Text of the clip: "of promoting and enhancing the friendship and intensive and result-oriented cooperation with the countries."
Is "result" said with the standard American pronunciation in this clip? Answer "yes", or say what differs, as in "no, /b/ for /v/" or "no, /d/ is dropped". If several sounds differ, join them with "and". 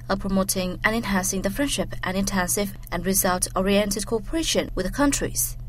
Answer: yes